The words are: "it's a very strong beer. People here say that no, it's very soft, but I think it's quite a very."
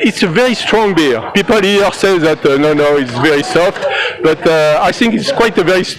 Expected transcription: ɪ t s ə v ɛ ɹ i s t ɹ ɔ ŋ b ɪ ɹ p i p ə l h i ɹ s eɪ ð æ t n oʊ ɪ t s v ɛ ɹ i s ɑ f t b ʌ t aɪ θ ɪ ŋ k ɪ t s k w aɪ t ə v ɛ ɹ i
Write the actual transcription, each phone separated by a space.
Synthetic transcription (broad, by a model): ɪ t s ə v ɛ ɹ i s t ɹ ɔ ŋ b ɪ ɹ p i p ə l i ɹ s eɪ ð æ t n oʊ ɪ t s v ɛ ɹ i s ɑ f t b ʌ t aɪ θ ɪ ŋ k ɪ t s k w aɪ t ə v ɛ ɹ i